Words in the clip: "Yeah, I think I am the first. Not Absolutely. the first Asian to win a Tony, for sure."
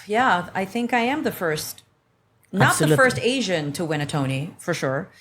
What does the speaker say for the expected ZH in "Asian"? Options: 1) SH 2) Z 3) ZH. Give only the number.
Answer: 3